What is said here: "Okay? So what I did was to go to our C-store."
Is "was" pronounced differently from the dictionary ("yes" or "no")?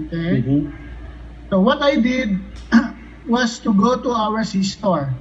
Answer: yes